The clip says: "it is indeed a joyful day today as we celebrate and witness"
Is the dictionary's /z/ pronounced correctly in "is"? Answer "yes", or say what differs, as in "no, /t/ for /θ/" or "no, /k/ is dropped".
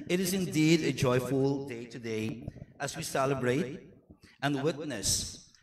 yes